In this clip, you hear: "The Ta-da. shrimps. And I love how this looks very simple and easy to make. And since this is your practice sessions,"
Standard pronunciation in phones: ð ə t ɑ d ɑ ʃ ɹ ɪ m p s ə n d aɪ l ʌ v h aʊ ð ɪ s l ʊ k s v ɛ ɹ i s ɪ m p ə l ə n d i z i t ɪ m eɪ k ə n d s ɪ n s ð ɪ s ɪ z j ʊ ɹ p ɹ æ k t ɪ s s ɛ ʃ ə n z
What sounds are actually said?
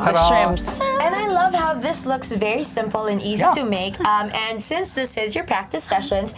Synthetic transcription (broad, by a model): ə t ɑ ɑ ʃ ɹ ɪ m s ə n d aɪ l ʌ v h aʊ ð ɪ s l ʊ k s v ɛ ɹ i s ɪ m p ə l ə n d i z i t ɪ m eɪ k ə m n s ɪ n s ð ɪ s ɪ z j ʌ ɹ p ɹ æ k t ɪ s s ɛ ʃ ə n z